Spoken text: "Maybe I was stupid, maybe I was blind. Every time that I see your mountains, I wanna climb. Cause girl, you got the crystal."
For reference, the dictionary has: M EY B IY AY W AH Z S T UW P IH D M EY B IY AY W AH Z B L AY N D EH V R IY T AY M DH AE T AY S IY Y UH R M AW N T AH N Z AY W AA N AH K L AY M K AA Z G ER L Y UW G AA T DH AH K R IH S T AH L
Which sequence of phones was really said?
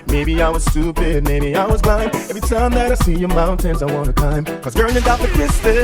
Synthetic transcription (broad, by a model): M EY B IY AY W AH Z S T UW P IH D M EY B IY AY W AH Z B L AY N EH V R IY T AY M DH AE T AY S IY Y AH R M AW N T AH N Z AY W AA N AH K AY M K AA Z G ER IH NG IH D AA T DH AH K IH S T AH